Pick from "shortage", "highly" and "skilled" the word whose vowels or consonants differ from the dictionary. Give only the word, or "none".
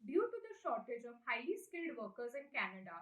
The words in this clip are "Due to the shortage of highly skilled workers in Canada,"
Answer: highly